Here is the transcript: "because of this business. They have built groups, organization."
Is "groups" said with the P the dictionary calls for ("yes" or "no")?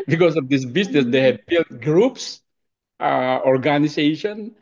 yes